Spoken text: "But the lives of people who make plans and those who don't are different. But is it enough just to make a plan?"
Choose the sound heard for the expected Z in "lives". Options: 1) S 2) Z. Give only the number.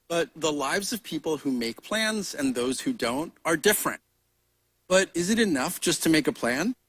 2